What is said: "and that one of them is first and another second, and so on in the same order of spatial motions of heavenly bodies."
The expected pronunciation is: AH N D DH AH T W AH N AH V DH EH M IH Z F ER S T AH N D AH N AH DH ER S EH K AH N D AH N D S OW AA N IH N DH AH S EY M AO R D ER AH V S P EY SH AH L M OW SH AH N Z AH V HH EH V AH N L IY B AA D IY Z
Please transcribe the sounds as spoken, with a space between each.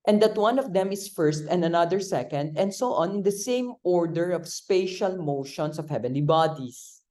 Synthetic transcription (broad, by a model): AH N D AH T W AH N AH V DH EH M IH S F ER S T AH N D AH N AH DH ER S EH K AH N D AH N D S OW AA N IH N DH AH S EY M AO R D ER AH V S P EY SH AH L M OW SH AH N S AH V HH EH V AH N L IY B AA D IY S